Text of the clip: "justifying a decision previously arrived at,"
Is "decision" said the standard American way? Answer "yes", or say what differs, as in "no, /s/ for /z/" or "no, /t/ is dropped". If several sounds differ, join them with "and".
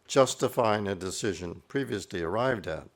yes